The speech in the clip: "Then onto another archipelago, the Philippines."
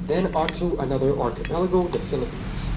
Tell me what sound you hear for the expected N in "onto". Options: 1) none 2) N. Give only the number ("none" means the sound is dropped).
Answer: 1